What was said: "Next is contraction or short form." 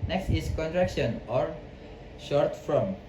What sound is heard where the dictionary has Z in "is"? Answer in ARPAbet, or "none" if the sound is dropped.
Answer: S